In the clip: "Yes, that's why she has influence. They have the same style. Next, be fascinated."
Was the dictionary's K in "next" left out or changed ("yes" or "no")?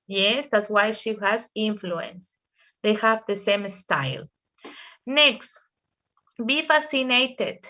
no